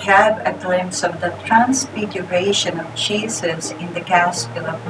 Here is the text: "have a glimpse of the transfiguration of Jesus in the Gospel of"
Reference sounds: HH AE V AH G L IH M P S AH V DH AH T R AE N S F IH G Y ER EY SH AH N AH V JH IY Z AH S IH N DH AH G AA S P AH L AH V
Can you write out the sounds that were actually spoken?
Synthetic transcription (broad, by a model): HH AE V AH G L IH M P S AH V DH AH T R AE N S F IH G Y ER EY SH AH N AH V CH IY S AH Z IH N DH AH G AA S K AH L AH